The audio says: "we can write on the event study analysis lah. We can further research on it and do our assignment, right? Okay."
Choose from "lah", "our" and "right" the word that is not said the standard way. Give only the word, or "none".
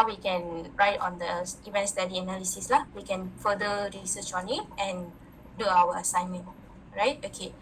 our